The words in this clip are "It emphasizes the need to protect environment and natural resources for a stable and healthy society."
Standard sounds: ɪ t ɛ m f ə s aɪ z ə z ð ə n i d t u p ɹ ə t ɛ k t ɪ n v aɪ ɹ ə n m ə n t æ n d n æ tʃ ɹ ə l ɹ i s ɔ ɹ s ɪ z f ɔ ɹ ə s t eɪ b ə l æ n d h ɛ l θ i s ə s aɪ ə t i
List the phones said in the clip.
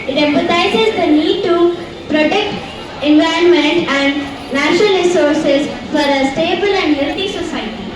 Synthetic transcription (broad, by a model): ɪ t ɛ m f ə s aɪ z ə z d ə n i d t u p ɹ ə t ɛ k t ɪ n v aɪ ə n m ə n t æ n d n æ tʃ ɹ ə l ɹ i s ɔ ɹ s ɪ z f ɔ ɹ ə s t eɪ b ə l æ n d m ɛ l t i s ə s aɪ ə t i